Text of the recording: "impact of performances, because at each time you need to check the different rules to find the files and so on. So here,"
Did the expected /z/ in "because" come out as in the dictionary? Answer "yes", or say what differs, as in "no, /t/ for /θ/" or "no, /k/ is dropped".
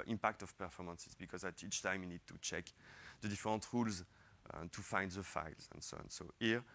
yes